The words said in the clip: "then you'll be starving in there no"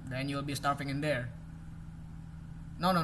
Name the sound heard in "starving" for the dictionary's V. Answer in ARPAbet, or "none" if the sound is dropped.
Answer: F